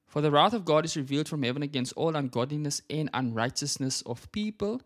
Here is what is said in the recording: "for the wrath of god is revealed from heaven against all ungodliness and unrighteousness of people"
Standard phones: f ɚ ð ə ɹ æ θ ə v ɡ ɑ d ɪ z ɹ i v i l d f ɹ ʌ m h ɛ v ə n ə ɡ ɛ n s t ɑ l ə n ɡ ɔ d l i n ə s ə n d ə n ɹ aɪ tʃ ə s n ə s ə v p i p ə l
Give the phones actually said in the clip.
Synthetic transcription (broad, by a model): f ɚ ð ə ɹ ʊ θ ə v ɡ ɑ d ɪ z ɹ i v i l d f ɹ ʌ m h ɛ v ə n ə ɡ ɛ n s t ɑ l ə n ɡ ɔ d l i n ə s ə n d ə n ɹ aɪ tʃ ə s n ə s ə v p i p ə l